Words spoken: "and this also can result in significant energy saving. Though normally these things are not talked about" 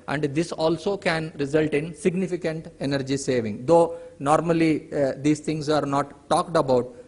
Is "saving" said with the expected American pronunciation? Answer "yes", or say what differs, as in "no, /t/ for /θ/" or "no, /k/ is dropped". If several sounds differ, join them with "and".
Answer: yes